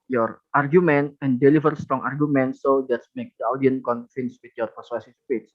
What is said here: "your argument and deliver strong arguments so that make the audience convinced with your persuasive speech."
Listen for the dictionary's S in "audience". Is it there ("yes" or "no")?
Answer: no